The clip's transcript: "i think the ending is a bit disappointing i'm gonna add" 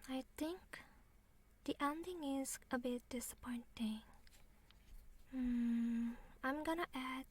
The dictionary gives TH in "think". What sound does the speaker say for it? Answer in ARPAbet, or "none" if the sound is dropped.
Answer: T